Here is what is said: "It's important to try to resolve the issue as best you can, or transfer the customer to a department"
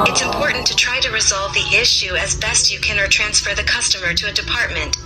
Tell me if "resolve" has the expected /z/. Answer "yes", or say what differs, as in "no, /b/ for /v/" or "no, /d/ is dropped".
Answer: yes